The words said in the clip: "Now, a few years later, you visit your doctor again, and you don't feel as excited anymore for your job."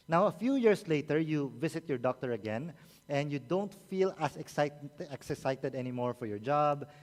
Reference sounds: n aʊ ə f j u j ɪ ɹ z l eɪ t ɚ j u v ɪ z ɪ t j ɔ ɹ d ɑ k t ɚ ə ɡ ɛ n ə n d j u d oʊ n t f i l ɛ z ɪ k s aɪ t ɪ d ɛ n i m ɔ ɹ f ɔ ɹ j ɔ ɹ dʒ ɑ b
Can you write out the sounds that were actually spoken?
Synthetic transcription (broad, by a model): n aʊ ə f j u j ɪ ɹ s l eɪ t ɚ j u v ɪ s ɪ t j ɔ ɹ d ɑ k t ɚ ə ɡ ɛ n ə n d j u d oʊ n t f i l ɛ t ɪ k s aɪ t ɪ d ɛ n i m ɔ ɹ f ɔ ɹ j ɔ ɹ dʒ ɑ b